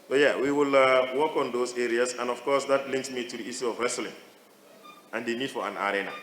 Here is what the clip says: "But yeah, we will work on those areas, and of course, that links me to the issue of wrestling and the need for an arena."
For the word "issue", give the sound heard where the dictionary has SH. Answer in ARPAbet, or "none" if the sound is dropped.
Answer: S